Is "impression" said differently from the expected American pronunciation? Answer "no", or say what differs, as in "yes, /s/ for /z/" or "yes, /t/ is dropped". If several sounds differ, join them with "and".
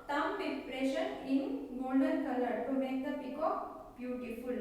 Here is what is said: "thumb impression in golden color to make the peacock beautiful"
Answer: yes, /m/ is dropped